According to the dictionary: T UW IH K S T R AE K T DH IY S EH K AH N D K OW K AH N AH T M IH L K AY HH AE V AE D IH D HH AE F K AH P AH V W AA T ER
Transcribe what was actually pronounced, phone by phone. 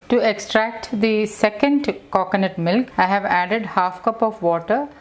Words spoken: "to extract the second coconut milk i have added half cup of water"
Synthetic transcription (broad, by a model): T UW IH K S T R AE K T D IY S EH K AH N D K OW K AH N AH T M IH L K AY HH AE V AE D IH D HH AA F K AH P AH V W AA T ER